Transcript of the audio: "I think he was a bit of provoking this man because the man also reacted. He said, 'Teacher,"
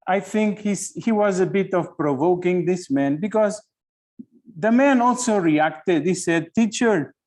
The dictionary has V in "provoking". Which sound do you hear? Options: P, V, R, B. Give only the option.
V